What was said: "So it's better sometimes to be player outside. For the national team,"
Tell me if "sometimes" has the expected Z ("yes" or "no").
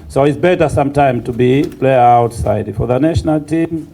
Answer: no